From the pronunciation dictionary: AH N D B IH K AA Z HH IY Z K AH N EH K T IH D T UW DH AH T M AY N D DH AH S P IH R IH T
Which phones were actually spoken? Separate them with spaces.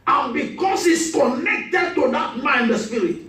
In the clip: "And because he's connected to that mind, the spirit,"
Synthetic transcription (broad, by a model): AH N B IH K AA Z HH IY S K AH N EH K T IH D T UW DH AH T M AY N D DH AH S P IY R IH T